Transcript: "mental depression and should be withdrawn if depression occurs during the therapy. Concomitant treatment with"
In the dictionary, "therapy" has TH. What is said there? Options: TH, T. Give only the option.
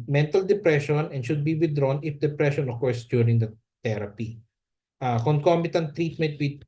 T